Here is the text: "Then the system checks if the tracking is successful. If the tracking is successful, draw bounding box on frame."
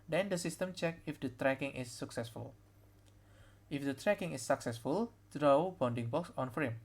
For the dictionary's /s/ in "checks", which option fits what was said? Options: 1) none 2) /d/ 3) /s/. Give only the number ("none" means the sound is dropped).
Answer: 1